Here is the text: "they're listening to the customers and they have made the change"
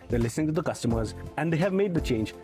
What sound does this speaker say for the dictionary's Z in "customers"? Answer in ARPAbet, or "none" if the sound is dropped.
Z